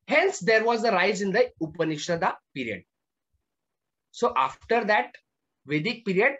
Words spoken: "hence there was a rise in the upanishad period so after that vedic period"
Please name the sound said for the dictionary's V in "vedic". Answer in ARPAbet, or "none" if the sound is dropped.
V